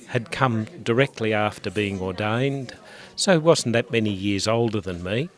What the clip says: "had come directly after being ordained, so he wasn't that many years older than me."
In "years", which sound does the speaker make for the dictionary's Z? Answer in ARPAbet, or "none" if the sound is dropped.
Z